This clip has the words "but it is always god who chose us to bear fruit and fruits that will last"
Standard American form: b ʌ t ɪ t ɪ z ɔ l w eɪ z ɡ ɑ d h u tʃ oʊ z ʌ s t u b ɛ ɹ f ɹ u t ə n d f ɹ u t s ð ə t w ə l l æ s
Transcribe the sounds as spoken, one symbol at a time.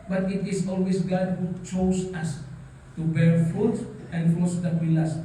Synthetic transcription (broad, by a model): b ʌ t ɪ t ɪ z ɔ l w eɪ s ɡ ɑ d h u tʃ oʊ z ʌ s t u b ɛ ɹ f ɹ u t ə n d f u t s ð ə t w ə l l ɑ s